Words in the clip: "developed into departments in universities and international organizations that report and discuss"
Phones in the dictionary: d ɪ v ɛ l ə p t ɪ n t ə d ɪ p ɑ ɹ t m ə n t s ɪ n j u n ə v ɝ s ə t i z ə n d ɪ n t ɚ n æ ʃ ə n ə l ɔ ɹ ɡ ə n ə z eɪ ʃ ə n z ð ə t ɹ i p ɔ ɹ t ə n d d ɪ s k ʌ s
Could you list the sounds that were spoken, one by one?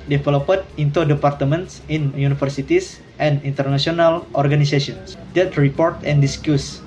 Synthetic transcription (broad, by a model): d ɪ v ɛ l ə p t ɪ n t ə d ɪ p ɑ ɹ t m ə n t s ɪ n j u n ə f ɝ s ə t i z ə n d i n t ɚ n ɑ s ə n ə l ɔ ɹ ɡ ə n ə s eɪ s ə n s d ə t ɹ i p ɔ ɹ t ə n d d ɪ s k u s